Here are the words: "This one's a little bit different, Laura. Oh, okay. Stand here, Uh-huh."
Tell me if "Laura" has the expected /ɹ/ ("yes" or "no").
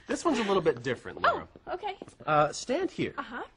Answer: no